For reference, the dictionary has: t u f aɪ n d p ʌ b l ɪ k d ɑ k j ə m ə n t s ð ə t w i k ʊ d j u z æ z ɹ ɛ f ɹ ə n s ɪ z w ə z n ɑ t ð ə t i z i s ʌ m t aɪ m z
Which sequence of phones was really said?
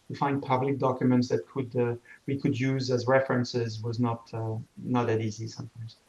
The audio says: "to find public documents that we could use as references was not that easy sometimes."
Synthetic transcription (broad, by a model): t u f aɪ n d p ʌ b l ɪ k d ɑ k j ə m ə n t s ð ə t w i k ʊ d j u z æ z ɹ ɛ f ɹ ə n s ɪ z w ə z n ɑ t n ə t i z i s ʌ m t aɪ m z